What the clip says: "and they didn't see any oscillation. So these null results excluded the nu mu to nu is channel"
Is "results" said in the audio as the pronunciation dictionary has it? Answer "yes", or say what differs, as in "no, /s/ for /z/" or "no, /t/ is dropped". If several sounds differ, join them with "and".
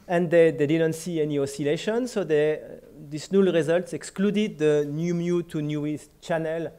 yes